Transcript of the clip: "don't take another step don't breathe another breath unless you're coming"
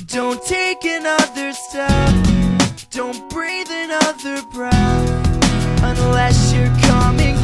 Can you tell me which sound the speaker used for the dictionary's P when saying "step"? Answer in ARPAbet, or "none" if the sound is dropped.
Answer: F